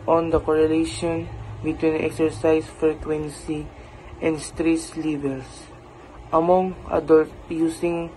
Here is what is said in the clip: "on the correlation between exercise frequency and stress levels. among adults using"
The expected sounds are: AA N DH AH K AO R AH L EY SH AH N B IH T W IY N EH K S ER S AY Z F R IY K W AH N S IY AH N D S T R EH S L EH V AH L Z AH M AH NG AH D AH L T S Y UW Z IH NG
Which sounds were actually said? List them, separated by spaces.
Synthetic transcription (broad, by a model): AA N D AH K AO R AH L EY SH AH N B IH T W IY N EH K S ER S AY S F R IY K W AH N S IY AH N D S T R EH S L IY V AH L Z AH M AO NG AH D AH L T Y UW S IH NG